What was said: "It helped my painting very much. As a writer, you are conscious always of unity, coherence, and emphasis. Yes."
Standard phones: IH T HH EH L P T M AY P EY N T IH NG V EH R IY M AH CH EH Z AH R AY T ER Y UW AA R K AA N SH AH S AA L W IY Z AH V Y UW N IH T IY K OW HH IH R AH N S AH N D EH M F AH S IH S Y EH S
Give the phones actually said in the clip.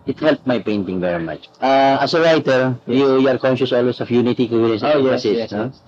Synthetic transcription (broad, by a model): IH T HH EH L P M AY P EY N T IH NG V EH R IY M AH CH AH S AH R AY T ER Y UW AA R K AA N SH AH S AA L W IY S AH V Y UW N IH T IY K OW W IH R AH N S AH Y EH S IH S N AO